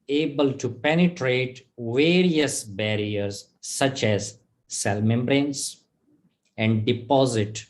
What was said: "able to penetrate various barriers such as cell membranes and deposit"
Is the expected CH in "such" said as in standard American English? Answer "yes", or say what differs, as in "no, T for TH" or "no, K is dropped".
yes